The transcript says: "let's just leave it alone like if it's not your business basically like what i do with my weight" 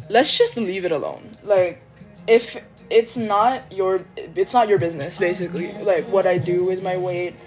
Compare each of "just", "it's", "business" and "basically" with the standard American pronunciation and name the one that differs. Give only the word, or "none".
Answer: none